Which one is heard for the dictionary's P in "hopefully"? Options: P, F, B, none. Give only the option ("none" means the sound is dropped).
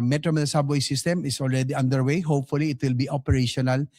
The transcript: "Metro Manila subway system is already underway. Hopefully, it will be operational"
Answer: P